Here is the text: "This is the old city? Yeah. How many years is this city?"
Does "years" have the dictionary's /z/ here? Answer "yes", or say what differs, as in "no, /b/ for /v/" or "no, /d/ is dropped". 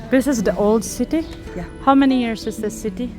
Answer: no, /s/ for /z/